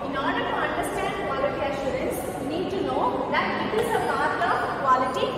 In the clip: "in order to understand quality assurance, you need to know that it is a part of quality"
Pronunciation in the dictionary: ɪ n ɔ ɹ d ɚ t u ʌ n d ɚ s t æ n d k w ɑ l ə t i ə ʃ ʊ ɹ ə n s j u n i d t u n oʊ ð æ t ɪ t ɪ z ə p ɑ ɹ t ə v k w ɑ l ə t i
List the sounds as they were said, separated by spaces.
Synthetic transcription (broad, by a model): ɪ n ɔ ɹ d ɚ t u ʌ n d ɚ s t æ n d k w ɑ l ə t i ə ʃ ʊ ɹ ə n s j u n i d t u n oʊ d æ t ɪ t ɪ z ə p ɑ ɹ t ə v k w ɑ l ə t i